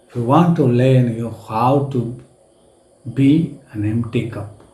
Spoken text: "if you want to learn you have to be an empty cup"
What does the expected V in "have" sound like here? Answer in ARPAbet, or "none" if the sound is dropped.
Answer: W